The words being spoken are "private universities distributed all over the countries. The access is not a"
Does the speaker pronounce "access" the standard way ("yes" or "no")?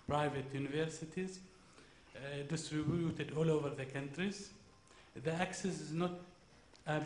yes